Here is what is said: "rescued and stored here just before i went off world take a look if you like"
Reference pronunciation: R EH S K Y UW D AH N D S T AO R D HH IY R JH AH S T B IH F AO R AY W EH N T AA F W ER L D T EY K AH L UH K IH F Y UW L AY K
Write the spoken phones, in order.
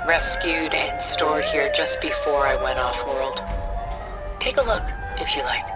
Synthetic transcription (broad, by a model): R EH S K Y UW D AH N S T AO R D HH IY R JH AH S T B IH F AO R AY W EH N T AA F W ER L D T EY K AH L UH K IH F Y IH L AY K